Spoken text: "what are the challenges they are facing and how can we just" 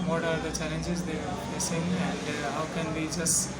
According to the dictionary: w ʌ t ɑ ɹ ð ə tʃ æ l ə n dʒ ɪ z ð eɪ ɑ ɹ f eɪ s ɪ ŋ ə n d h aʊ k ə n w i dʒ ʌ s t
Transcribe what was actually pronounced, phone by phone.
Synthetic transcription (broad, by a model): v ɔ t ɑ ɹ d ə tʃ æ l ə n dʒ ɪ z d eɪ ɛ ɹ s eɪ ɪ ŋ ə n d h aʊ k ə n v i dʒ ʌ s t